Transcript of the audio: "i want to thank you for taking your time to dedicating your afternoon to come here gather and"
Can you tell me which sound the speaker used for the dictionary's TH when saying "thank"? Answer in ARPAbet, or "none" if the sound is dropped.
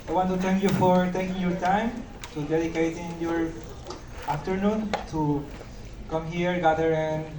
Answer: T